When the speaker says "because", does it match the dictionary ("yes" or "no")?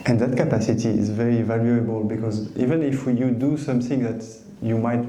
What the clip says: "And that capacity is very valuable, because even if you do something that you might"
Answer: yes